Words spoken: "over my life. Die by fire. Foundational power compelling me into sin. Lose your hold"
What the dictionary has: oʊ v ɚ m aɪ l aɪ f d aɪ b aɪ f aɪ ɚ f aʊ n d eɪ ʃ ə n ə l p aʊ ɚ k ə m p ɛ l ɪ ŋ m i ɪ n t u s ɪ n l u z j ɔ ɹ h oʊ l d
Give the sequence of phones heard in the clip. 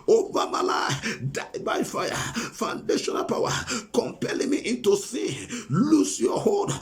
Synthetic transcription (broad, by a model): oʊ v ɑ m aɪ l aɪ d aɪ b aɪ f aɪ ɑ f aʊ n d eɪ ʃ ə n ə l p aʊ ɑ k ə m p ɛ l ɪ ŋ m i ɪ n t u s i l u s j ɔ h oʊ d